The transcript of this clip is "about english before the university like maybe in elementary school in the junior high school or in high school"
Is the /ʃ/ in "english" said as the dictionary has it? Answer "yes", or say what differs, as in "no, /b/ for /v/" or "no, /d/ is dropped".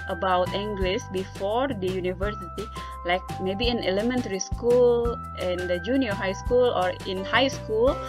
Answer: no, /s/ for /ʃ/